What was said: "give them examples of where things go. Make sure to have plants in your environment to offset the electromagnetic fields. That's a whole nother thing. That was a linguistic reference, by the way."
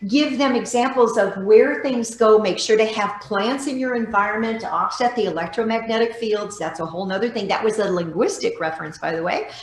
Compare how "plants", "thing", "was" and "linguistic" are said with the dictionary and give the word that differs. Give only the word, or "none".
none